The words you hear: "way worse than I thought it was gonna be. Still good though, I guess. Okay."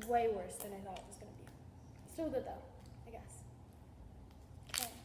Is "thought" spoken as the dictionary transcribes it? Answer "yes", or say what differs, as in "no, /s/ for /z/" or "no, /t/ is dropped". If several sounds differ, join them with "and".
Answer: yes